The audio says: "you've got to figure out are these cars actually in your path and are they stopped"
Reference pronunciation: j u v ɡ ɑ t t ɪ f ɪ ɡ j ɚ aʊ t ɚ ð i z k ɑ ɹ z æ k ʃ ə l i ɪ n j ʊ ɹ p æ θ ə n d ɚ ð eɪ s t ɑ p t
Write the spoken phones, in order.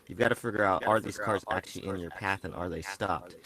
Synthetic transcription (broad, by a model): j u v ɡ ɑ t t ɪ f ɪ ɡ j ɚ aʊ t ɚ ð i z k ɑ ɹ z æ k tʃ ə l i ɪ n j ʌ ɹ p æ θ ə n ɚ ð eɪ s t ɑ p t